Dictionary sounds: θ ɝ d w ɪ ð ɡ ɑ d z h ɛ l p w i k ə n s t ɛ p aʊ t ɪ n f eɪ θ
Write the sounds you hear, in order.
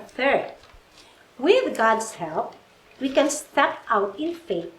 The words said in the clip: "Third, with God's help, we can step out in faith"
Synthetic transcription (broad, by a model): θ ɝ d w ɪ ð ɡ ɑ d s h ɛ l p w i k ə n s t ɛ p aʊ t ɪ n f eɪ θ